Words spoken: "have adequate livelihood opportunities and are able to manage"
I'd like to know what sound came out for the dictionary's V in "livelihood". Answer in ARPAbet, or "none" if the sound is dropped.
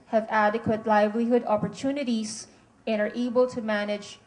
V